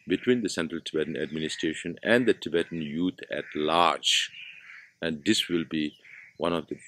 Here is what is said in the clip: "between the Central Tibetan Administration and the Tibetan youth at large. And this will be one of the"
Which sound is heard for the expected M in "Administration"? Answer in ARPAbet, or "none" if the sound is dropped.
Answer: M